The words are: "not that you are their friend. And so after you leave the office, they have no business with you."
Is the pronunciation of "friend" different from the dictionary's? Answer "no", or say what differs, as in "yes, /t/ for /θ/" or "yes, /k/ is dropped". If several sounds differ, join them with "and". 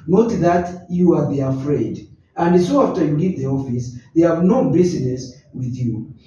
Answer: yes, /n/ is dropped